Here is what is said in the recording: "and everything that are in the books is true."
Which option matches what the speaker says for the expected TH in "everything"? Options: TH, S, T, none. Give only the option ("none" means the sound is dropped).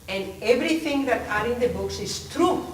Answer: T